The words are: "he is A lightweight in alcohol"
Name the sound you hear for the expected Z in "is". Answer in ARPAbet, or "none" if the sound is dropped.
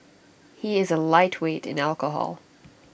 Z